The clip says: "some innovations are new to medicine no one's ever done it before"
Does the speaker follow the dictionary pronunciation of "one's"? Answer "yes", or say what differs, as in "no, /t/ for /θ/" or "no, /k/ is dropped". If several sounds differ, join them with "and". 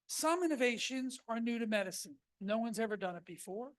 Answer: yes